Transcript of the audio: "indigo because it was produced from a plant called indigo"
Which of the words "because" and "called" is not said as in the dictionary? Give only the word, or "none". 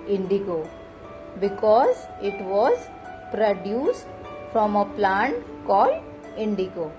called